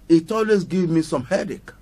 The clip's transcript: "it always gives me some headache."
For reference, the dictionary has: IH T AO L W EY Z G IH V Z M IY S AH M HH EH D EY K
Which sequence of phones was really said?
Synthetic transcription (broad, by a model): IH T AO L W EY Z G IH V M IY S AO M HH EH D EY K